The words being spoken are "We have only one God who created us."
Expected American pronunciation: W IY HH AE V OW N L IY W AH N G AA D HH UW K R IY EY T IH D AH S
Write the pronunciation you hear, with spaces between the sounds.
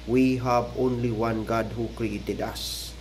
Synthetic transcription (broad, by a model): W IY HH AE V OW N L IY W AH N G AA D HH UW K R IY EY T IH D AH S